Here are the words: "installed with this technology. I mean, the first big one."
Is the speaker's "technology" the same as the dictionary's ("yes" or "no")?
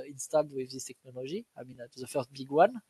no